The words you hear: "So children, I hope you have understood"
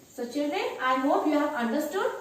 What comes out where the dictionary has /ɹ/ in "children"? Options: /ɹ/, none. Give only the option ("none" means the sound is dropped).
none